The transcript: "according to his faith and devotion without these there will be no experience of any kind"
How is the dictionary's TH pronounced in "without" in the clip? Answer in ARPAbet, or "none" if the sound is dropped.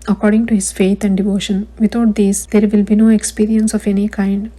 T